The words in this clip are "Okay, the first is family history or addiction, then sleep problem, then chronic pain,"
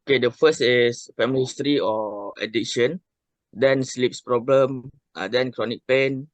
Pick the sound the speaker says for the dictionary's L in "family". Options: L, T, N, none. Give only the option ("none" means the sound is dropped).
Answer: none